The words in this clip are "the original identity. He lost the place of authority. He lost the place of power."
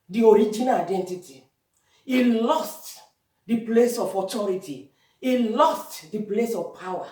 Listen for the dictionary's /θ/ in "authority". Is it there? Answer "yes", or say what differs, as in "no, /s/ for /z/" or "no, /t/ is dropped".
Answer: no, /t/ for /θ/